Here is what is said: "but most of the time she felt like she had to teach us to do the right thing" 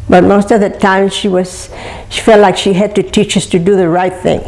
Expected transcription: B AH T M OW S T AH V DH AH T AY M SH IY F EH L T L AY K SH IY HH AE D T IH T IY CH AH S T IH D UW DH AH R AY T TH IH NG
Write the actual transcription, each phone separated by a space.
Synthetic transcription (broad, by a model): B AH T M OW S T AH V DH AH T AY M SH IY F EH L T L AY K SH IY HH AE D T IH T IY CH AH S T IH D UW DH AH R AY T TH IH NG